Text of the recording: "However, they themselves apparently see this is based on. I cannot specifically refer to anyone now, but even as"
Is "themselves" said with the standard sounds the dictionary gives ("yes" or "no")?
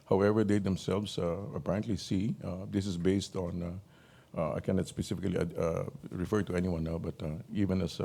no